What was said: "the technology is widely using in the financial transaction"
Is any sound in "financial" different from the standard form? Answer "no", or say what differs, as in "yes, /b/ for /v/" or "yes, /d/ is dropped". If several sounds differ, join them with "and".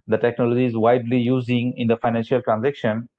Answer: no